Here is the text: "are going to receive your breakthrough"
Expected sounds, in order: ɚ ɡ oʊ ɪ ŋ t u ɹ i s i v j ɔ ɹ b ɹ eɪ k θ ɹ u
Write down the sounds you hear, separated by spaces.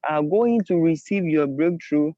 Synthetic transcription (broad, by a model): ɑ ɡ oʊ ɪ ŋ t u ɹ i s i v j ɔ b ɹ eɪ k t ɹ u